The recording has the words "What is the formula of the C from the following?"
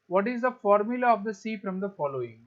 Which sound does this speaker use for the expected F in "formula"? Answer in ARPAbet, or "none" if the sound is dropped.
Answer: F